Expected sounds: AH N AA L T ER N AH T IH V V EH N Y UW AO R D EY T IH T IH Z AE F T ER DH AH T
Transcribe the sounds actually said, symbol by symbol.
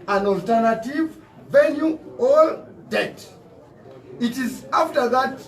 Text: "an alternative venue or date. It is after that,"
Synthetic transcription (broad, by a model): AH N AA L T ER N AH T IH V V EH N Y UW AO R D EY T IH T IH Z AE F T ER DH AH T